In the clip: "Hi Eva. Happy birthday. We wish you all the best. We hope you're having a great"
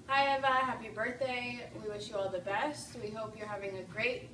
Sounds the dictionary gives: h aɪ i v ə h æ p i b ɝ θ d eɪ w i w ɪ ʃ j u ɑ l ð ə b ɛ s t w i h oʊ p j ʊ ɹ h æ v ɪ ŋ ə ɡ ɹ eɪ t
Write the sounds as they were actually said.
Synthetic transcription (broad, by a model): h aɪ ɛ v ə h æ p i b ɝ θ d eɪ w i w ɪ ʃ j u ɑ l ð ə b ɛ s t w i h oʊ p j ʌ ɹ h æ v ɪ ŋ ə ɡ ɹ eɪ t